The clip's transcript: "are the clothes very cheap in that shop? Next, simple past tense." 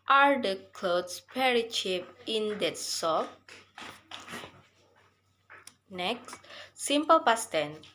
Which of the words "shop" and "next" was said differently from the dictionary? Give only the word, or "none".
shop